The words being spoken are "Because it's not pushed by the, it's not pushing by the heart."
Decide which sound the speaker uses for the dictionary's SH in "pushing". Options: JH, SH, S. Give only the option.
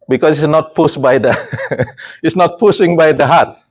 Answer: S